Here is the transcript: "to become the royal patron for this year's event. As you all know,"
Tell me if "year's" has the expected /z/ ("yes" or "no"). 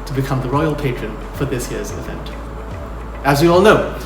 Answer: yes